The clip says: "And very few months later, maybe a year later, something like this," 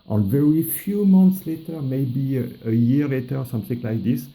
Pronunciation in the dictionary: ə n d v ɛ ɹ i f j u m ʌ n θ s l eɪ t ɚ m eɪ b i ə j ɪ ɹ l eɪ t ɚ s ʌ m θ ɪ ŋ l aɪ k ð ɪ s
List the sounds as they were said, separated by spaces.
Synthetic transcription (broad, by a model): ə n v ɛ ɹ i f j u m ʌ n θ s l eɪ t ɚ m eɪ b i ə j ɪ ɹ l eɪ t ɚ s ʌ m θ ɪ ŋ l aɪ k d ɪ s